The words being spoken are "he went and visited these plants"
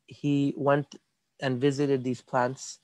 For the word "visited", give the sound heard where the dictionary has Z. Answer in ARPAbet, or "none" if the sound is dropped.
Z